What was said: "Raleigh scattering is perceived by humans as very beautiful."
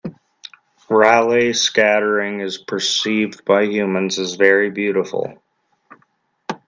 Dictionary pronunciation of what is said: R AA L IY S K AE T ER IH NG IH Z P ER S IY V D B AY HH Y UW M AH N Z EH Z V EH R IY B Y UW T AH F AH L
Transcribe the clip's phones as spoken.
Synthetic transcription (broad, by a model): R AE L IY S K AE T ER IH NG IH Z P ER S IY V D B AY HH Y UW M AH N Z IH Z V EH R IY B Y UW T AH F L